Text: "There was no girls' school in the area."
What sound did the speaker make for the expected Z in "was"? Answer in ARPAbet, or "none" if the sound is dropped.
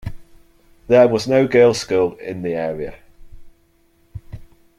Z